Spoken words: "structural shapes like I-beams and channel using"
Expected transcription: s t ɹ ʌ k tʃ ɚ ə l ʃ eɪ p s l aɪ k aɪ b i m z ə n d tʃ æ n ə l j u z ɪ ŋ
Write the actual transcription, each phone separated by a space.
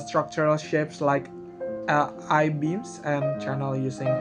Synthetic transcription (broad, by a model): s t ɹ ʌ k tʃ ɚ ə l ʃ eɪ p s l aɪ k aɪ b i m s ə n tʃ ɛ n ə l j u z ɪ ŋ